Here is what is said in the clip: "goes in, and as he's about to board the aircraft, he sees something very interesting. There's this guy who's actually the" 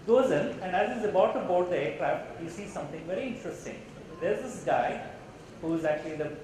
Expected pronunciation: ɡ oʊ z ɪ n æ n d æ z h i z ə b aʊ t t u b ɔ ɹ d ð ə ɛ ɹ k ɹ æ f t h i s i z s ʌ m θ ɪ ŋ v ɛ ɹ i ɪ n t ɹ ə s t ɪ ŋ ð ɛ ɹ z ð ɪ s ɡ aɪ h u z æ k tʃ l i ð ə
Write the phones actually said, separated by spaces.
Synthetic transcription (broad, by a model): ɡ oʊ z ɪ n æ n d æ z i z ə b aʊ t t u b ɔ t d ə ɛ ɹ k ɹ æ f t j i s i s ʌ m t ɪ ŋ v ɛ ɹ i ɪ n t ɹ ə s t ɪ ŋ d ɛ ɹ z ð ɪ s ɡ aɪ h u z æ k tʃ l i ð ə